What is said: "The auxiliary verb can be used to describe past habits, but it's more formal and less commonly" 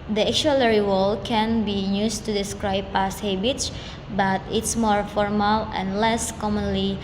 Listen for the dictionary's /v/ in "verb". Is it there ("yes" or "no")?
no